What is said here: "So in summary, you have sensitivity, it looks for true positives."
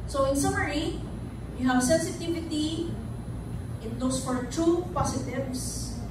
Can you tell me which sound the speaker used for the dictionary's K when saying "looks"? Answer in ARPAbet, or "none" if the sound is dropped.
none